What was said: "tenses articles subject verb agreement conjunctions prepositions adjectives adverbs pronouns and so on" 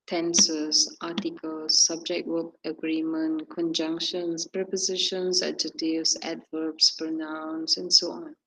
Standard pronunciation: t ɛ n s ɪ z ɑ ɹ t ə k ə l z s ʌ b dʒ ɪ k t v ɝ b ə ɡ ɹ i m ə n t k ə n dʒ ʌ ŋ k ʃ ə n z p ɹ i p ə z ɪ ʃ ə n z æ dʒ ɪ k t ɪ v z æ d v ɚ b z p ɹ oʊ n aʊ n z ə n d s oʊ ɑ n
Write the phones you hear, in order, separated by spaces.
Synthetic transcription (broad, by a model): t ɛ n s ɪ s ɑ t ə k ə l s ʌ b dʒ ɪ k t w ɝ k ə ɡ ɹ i m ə n k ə n dʒ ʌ ŋ k ʃ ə n s p ɹ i p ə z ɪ ʃ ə n s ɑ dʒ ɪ t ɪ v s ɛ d v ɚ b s p ɹ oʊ n aʊ n s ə n s oʊ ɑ n